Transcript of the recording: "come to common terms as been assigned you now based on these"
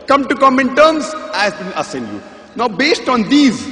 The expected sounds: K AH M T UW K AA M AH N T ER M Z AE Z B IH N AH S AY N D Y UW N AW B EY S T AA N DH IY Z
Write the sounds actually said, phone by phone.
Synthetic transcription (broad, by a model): K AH M T UW K AA M AH N T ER M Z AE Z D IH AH S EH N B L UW N AW B EY S T AA N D IY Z